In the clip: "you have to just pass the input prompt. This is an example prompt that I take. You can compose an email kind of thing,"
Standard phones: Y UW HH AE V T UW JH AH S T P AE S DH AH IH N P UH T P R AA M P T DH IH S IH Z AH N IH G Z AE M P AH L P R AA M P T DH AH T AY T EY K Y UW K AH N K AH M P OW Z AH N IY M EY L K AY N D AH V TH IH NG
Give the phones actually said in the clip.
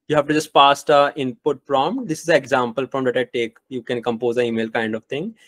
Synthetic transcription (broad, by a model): Y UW HH AE V T UW JH AH S T P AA S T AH IH N P UH T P R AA M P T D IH S IH Z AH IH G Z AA M P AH L F R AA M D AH T AY T EY K Y UW K AH N K AH M P OW Z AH IY M EY L K AY N D AH V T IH NG